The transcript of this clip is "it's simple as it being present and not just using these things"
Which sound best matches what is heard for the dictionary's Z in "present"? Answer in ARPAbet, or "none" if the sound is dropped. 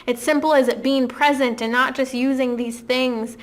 Z